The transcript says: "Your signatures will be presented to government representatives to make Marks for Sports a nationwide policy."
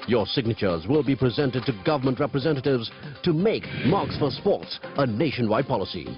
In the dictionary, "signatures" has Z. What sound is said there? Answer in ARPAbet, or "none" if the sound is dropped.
Z